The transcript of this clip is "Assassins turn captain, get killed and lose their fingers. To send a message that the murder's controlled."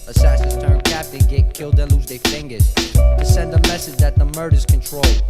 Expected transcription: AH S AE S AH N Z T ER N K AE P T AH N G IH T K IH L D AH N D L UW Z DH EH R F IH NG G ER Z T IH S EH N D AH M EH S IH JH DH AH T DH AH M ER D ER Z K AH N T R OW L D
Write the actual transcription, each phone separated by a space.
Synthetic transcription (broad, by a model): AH S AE S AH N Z T ER N K AE P T AH N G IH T K IH L D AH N L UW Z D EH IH F IH NG G ER Z T IH S EH N D AH M EH S IH JH DH AH T DH AH M ER D ER Z K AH N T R OW L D